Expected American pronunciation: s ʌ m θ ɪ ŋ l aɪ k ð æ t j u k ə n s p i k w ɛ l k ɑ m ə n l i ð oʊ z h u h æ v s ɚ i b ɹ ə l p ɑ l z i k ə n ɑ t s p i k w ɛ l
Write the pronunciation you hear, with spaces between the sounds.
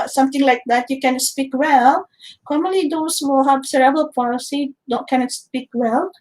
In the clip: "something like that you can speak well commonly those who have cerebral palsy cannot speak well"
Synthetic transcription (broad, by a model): s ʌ m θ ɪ ŋ l aɪ k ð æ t j u k ə n s p i k w ɛ l k ɑ m ə n l i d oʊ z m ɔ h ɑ b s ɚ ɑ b ə l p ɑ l s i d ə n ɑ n s p i k w ɛ l